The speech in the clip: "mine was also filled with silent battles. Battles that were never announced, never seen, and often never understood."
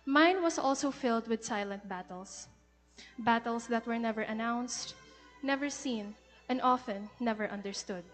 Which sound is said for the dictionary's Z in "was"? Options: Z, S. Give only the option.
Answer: S